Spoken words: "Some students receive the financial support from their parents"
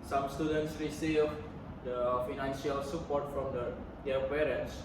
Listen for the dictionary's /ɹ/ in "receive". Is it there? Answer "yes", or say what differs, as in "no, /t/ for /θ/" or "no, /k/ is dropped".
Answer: no, /w/ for /ɹ/